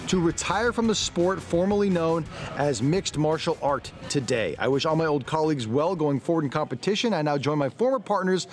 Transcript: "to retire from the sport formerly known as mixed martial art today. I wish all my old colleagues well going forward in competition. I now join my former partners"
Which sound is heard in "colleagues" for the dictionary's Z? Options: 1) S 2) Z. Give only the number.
2